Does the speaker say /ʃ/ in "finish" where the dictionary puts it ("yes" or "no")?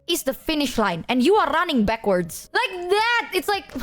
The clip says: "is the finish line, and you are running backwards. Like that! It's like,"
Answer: yes